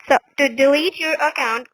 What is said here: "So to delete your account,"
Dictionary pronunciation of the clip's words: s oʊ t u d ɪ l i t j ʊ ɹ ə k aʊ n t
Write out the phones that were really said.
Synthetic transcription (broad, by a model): s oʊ t u d ɪ l i t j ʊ ɹ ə k aʊ n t